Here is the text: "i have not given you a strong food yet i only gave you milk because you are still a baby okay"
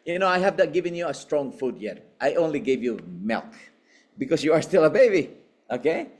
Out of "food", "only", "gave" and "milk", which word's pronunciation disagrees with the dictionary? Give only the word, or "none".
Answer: none